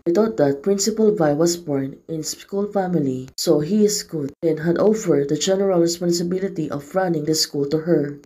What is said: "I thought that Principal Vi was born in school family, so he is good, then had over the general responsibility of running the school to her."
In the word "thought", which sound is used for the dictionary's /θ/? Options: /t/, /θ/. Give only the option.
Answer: /t/